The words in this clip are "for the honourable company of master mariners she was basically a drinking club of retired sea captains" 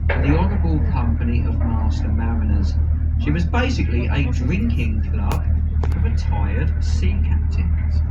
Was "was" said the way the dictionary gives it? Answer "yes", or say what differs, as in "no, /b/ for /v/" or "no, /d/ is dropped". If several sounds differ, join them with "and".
yes